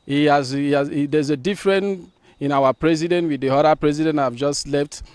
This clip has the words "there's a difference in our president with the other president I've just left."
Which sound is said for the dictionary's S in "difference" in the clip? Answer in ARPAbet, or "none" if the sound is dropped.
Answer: none